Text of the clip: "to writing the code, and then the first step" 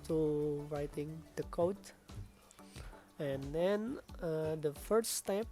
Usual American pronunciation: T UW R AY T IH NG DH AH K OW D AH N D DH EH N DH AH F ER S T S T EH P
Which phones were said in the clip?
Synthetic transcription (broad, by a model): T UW R AY T IH NG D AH K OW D AH N D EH N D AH F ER T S T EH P